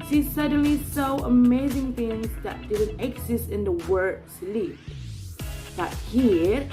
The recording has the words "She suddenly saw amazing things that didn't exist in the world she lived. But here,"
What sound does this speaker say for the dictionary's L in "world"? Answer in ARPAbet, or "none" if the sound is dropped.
none